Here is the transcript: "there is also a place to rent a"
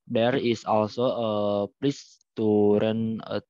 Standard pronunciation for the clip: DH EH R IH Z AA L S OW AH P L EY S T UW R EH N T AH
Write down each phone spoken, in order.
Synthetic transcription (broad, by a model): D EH R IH S AA L S OW AH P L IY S T UW R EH N AH